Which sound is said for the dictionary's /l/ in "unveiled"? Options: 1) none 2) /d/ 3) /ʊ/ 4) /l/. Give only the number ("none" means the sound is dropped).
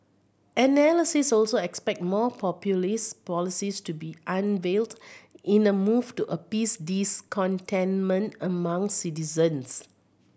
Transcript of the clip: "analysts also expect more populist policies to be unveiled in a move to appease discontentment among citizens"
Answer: 4